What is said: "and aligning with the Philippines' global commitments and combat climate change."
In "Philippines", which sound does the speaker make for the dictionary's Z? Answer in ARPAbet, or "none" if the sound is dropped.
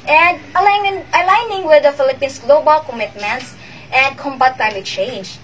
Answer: S